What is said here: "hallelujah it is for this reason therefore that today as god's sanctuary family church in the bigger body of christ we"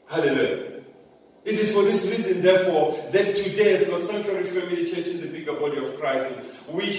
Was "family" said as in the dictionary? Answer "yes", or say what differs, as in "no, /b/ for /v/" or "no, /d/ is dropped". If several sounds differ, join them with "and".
no, /m/ is dropped and /w/ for /l/